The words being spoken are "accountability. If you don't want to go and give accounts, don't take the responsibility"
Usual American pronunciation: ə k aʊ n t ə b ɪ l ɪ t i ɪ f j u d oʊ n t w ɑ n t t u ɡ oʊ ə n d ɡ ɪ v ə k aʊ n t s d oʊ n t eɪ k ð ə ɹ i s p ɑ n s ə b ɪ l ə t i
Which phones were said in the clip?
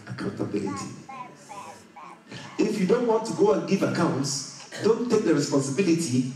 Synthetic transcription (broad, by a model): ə k aʊ n t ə b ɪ l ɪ t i ɪ f j u d oʊ n t w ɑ n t t u ɡ oʊ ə n ɡ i v ə k aʊ n t s d oʊ n t eɪ k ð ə ɹ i s p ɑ n s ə b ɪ l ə t i